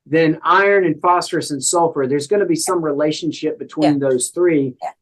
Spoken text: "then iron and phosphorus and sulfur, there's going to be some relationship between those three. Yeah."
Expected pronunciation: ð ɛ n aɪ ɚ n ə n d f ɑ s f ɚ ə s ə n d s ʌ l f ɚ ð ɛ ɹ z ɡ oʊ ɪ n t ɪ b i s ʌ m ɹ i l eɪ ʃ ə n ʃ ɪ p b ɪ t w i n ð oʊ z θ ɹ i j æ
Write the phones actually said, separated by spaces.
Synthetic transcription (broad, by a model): ð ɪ n aɪ ɚ n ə n f ɑ s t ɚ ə s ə n s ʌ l f ɚ ð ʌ ɹ z ɡ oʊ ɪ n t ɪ b i s ʌ m ɹ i l eɪ ʃ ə n ʃ ɪ p b ɪ t w i n ð oʊ z θ ɹ i